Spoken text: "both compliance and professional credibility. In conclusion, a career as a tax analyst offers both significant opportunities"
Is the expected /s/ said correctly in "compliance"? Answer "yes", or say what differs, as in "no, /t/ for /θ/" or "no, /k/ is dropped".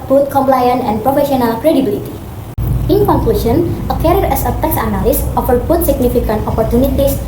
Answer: no, /s/ is dropped